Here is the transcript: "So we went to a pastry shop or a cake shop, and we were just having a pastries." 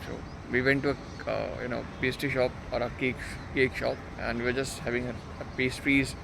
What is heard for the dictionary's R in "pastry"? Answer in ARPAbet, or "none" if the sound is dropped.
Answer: none